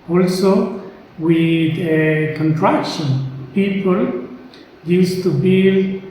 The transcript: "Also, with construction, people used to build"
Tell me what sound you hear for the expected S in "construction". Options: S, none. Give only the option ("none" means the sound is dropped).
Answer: none